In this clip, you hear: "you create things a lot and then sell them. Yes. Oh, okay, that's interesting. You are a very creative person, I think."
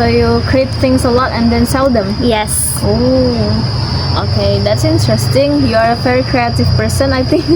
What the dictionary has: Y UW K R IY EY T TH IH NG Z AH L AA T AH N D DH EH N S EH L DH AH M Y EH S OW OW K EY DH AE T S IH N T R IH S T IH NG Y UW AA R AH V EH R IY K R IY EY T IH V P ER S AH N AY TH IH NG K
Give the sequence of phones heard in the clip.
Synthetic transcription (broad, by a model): Y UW K R IY EY T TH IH NG S AH L AA T AH N D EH N S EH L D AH M Y EH S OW OW K EY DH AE T S IH N T R IH S T IH NG Y UW AA R AH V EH R IY K R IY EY T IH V P ER S AH N AY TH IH NG K